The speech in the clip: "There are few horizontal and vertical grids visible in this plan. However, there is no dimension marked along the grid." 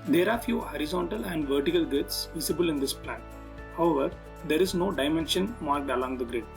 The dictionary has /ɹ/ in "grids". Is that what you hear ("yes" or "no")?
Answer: no